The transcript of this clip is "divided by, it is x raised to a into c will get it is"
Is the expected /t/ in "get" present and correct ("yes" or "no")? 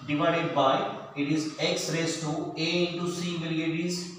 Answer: no